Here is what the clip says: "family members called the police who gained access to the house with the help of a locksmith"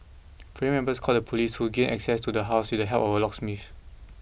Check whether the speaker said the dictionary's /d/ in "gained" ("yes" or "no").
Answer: no